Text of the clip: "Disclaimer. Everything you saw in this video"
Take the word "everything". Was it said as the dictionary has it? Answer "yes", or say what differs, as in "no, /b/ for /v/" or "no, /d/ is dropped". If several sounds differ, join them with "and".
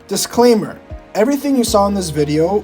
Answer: yes